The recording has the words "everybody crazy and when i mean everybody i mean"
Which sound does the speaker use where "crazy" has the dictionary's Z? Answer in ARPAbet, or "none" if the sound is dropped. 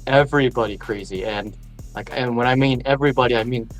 Z